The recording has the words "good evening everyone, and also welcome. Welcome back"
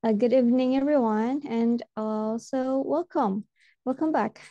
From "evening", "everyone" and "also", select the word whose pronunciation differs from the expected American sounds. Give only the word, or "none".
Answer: none